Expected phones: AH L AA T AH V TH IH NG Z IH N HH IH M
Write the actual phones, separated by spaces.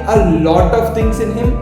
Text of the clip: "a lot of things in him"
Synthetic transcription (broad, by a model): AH L AA T AH V T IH NG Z IH N HH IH M